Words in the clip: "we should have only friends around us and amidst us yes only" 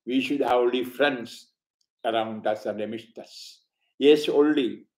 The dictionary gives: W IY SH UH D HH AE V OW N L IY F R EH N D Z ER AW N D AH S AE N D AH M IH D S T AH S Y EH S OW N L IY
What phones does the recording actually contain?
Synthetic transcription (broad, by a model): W IY SH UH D HH AE V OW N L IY F R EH N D S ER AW N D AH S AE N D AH M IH S T AH S Y EH S OW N L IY